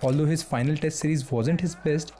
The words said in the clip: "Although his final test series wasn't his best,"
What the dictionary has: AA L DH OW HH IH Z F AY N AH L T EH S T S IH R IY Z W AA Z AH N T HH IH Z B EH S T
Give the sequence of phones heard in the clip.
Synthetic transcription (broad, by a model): AA L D OW HH IH Z F AY N AH L T EH S T S IH R IY Z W AA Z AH N T HH IH Z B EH S T